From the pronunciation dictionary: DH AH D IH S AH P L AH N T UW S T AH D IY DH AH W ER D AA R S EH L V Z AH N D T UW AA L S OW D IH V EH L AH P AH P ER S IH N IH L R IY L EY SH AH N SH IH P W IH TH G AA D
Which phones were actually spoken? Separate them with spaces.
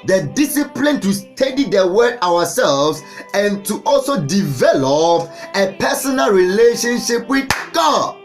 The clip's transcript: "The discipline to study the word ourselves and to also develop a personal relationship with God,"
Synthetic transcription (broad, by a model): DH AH D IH S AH P L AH N T UW S T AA D IY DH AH W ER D AA W S EH L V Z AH N T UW AA L S OW D IH V EH L AH P AH P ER S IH N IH L R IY L EY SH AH N SH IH P W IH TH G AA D